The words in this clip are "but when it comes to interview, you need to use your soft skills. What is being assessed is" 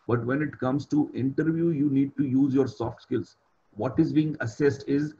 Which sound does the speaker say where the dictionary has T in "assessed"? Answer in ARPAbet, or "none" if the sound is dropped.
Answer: T